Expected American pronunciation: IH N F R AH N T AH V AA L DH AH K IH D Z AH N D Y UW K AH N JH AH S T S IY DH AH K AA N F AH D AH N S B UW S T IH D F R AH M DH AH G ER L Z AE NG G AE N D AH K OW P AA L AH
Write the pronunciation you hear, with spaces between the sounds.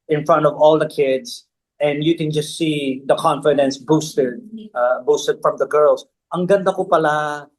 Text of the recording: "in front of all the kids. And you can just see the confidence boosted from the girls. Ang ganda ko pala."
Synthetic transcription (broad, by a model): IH N F R AH N T AH V AA L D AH K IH D S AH N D Y UW K AH N JH AH S T S IY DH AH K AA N F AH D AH N S B UW S T IH D F R AH M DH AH G ER L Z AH NG G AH N D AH K OW P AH L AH